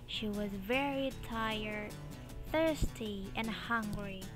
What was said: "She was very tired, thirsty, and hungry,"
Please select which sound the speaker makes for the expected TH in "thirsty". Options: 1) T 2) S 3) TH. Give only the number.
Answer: 3